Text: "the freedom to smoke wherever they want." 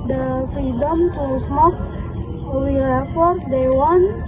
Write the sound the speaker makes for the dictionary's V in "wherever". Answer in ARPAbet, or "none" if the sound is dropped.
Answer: F